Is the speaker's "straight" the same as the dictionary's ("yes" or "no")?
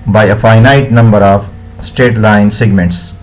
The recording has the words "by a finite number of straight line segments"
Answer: no